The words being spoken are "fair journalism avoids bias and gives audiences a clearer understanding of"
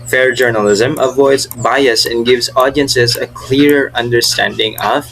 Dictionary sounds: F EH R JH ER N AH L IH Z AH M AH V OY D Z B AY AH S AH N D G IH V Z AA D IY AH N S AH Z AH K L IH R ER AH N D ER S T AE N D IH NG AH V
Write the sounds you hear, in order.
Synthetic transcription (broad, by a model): F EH R JH ER N AH L IH Z AH M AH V OY D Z B AY AH S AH N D G IH V Z AA D IY AH N S AH Z AH K L IH R ER AH N D ER S T AE N D IH NG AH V